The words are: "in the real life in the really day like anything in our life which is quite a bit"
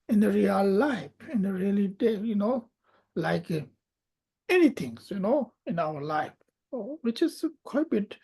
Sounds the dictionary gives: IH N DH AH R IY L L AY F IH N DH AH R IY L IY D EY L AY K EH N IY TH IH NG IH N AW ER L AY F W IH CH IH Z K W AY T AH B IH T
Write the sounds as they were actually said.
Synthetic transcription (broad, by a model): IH N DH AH R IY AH L AY F IH N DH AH R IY L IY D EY L AY K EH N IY T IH NG IH N AW ER L AY F W IH CH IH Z K W AY T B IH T